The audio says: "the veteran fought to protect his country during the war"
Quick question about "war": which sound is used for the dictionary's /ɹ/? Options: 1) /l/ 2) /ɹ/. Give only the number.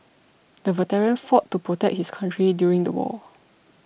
1